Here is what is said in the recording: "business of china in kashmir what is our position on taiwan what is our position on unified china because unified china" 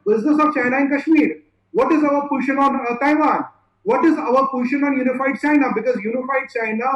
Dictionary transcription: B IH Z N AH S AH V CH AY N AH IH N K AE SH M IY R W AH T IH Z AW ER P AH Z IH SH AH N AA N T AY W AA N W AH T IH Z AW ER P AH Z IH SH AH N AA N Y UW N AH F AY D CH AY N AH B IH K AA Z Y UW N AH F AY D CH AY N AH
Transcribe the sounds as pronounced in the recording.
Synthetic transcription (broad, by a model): B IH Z N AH S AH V CH AY N AH IH N K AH SH M IY R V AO T IH Z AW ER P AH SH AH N AA N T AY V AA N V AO T IH Z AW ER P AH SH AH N AA N Y UW N AH F AY D CH AY N AH B IH K AA Z Y UW N AH F AY D CH AY N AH